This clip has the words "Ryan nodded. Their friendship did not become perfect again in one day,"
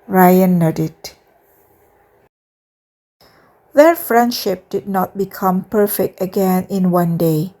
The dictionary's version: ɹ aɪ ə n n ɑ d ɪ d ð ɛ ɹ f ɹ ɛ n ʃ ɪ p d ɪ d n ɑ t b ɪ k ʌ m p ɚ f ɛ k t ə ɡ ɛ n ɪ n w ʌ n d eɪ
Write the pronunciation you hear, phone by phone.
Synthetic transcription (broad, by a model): ɹ aɪ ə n n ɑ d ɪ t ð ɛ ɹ f ɹ ɛ n ʃ ɪ p d ɪ d n ɑ t b ɪ k ʌ m p ɚ f ɛ k t ə ɡ ɛ n ɪ n w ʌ n d eɪ